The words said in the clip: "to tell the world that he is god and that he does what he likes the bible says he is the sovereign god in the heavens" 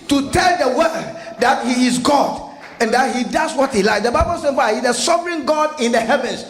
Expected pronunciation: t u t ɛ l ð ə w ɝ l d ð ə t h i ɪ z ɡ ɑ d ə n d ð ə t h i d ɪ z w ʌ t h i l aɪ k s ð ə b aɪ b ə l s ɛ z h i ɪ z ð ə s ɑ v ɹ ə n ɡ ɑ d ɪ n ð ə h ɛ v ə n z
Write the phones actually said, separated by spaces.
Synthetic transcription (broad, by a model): t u t ɛ l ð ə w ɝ d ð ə t h i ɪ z ɡ ɑ d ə n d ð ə t h i d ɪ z w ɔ t h i l aɪ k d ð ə b aɪ b ə l s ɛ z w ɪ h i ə s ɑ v ɹ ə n ɡ ɑ d ɪ n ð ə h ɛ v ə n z